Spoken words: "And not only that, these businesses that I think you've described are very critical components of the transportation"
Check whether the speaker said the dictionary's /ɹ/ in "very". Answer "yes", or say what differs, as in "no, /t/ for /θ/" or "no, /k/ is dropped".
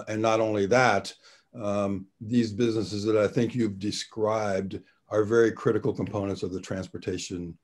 yes